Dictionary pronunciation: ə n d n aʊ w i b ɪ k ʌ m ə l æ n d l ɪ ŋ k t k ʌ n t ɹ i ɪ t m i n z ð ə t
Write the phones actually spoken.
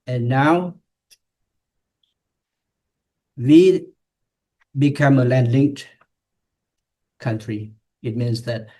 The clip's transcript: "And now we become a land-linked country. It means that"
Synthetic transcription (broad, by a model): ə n n aʊ w i b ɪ k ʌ m ə l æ n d l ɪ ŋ k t k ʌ n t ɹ i ɪ t m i n s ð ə t